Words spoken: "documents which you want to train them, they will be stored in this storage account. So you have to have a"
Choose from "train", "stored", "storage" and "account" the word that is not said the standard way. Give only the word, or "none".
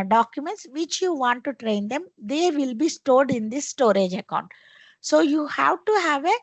none